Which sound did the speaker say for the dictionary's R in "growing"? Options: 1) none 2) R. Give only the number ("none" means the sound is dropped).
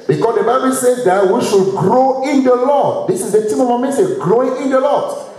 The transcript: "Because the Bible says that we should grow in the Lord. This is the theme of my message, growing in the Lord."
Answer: 2